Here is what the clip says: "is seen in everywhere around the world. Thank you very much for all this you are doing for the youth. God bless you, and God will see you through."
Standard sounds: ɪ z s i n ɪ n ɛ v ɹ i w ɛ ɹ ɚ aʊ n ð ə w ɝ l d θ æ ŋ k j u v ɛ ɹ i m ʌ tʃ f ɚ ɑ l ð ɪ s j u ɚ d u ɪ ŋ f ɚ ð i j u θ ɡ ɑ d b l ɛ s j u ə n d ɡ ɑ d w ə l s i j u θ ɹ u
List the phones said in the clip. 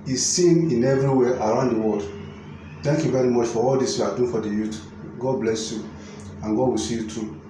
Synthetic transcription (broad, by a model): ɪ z s i n ɪ n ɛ v ɹ i w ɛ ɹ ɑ aʊ n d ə w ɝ l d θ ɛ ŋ k j u v ɛ ɹ i m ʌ tʃ f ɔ ɑ l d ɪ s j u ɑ d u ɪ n f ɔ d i j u t ɡ ɑ d b l ɛ s j u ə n ɡ ɑ d w ə l s i j u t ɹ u